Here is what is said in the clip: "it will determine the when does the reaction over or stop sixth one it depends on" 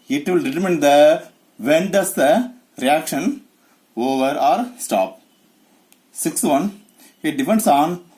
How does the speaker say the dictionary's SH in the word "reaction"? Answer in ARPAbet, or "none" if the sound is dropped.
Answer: SH